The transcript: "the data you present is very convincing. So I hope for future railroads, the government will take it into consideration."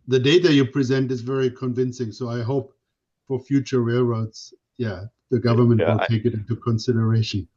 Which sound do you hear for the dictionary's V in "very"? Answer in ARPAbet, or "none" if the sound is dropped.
V